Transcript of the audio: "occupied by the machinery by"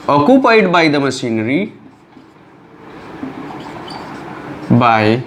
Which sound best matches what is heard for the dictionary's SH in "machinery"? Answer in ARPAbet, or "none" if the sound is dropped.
S